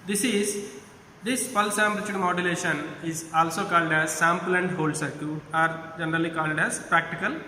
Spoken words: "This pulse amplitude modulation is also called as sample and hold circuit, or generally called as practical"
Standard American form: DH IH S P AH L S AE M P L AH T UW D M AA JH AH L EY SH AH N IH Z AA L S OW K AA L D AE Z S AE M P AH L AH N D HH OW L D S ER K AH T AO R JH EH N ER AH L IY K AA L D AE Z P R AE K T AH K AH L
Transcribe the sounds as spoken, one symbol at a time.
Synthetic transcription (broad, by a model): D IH S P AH L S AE M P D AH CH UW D M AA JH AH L EY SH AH N IH Z AA L S OW K AA L D AE Z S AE M P L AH N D HH OW L D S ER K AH AA R JH EH N ER AH L IY K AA L D AE Z P R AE K T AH K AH L